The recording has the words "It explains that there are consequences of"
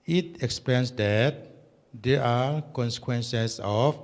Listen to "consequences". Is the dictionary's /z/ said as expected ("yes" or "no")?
no